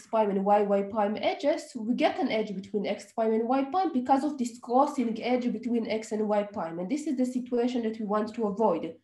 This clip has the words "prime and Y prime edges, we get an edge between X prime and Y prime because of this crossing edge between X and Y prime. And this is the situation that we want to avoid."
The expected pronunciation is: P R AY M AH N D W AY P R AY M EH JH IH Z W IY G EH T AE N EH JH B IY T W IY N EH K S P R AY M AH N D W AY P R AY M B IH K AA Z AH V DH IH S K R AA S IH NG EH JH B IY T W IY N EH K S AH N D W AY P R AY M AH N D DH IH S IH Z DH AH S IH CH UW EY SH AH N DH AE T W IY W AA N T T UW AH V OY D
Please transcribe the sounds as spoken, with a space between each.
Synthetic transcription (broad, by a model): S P AY M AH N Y W AY P AY M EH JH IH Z W IY G EH T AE N EH JH B IY T W IY N EH K S P AY M AH N D W AY P AY M B IH K AA Z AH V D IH S K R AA S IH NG EH JH B IY T W IY N EH K S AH N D W AY P AY M AH N D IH S IH Z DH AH S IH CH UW EY SH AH N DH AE T W IY W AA N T T UW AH V OY D